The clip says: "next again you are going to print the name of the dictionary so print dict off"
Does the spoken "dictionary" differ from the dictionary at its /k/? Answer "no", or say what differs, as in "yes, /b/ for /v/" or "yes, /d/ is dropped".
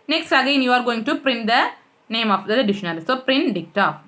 yes, /k/ is dropped